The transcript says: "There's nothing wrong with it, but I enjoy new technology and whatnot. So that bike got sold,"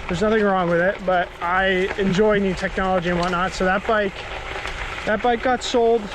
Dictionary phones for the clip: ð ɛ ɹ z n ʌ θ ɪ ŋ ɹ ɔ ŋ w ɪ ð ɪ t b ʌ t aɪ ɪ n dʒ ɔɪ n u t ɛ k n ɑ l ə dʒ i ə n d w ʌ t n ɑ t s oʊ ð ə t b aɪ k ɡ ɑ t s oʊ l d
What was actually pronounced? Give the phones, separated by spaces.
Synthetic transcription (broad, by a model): ð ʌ ɹ z n ʌ θ ɪ ŋ ɹ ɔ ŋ w ɪ ð ɪ t b ʌ t aɪ ɪ n dʒ ɔɪ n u t ɛ k n ɑ l ə dʒ i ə n w ʌ t n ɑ t s oʊ ð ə t b aɪ k ɡ ɑ t s oʊ l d